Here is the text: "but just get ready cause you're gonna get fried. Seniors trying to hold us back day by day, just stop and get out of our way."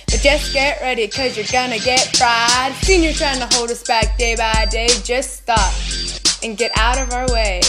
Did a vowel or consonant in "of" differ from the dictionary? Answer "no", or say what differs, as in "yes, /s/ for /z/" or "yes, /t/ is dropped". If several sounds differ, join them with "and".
no